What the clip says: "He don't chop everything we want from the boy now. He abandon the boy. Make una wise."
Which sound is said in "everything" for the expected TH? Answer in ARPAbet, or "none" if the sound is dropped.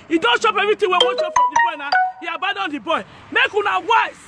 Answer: T